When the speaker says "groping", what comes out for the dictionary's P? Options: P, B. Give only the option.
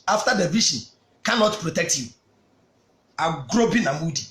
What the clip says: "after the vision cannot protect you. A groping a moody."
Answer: B